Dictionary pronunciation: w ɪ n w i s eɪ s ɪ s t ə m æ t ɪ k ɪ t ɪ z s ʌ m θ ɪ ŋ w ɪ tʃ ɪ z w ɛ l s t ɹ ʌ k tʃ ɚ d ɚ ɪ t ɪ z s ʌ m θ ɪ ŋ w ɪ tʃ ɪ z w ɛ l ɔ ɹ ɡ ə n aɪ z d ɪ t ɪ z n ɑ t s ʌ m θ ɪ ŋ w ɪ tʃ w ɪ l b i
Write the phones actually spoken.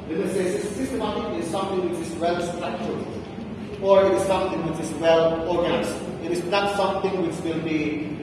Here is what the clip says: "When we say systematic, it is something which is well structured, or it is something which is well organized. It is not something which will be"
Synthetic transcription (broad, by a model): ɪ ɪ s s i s s ɪ s t ə m æ t ɪ k ɪ t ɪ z s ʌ m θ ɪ ŋ w ɪ tʃ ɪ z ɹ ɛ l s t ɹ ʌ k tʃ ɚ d ɚ ɪ t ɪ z s ʌ m θ ɪ ŋ w ɪ tʃ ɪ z w ɛ l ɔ ɹ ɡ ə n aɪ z ɪ t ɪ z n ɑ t s ʌ m θ ɪ ŋ w ɪ tʃ w ɪ l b i